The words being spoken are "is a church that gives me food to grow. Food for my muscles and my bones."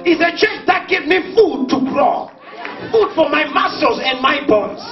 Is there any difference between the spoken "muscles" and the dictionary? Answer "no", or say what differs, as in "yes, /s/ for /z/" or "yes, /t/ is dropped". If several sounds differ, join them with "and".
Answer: yes, /l/ is dropped